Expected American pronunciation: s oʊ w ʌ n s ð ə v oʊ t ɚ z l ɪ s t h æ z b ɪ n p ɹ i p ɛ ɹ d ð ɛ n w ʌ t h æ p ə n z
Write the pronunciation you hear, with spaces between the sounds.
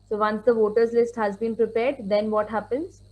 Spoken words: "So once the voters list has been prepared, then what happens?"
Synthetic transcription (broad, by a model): s oʊ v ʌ n s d ə v oʊ t ɚ z l ɪ s t h æ z b ɪ n p ɹ i p ɛ ɹ d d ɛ n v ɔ t h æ p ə n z